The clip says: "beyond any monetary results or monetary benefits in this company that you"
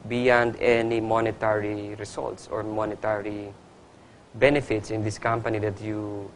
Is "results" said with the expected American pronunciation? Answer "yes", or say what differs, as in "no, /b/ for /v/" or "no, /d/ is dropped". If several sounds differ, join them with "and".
no, /s/ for /z/